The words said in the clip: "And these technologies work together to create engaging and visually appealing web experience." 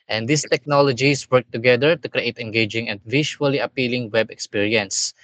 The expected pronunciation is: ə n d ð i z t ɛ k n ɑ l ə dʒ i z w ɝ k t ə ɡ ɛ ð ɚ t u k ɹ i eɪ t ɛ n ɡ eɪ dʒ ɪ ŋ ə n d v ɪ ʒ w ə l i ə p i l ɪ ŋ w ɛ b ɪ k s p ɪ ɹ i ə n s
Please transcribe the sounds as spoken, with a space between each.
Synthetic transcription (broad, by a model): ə n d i s t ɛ k n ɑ l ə dʒ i s w ɝ k t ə ɡ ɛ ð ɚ t u k ɹ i eɪ t ɛ n ɡ eɪ dʒ ɪ ŋ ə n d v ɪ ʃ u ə l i ə p i l ɪ ŋ w ɛ b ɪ k s p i ɹ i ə n s